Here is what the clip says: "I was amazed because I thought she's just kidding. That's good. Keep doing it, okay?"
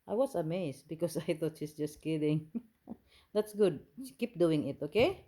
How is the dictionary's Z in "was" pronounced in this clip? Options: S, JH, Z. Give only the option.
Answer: S